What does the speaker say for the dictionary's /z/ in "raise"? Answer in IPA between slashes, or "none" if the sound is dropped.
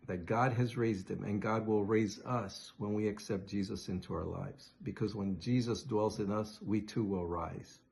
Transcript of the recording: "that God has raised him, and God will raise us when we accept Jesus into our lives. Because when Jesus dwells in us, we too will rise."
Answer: /z/